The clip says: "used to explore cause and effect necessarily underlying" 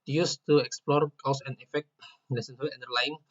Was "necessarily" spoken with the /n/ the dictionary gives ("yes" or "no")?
no